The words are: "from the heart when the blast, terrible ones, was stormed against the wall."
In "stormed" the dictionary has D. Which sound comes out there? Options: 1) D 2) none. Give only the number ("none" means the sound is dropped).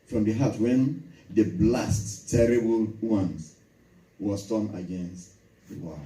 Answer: 2